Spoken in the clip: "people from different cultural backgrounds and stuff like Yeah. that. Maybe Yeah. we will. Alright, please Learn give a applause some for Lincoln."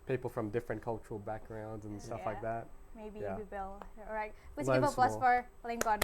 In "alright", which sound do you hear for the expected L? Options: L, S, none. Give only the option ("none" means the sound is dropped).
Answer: none